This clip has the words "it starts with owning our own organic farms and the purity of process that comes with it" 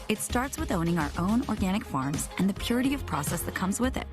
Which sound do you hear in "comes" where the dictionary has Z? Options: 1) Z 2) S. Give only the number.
1